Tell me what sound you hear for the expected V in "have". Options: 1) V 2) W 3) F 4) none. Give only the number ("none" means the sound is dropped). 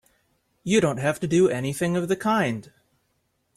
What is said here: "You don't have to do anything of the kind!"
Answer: 3